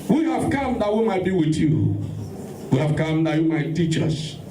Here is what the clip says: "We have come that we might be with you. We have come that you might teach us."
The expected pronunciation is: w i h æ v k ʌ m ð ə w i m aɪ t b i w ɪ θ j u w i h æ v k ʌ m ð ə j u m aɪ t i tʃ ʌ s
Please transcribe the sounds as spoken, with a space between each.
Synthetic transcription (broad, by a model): w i h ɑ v k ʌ m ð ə w i m aɪ t b i w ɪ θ j u w i h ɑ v k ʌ m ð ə j u m aɪ t i tʃ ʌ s